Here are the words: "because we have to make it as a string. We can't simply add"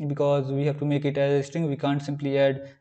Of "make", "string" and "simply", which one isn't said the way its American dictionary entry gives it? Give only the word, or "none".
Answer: string